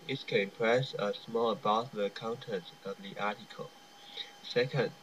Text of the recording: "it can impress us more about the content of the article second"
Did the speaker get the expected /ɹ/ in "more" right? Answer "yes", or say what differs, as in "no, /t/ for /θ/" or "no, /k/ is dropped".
no, /l/ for /ɹ/